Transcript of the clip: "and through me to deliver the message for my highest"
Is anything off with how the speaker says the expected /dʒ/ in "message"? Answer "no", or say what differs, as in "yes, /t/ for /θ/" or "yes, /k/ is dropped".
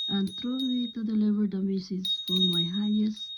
yes, /z/ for /dʒ/